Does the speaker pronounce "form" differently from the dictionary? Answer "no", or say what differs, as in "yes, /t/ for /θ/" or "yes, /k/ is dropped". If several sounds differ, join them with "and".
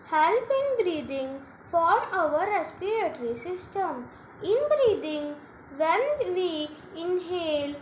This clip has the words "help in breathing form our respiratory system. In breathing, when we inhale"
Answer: yes, /m/ is dropped